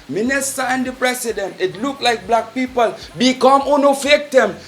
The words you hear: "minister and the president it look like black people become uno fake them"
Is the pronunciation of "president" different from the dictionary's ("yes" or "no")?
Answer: yes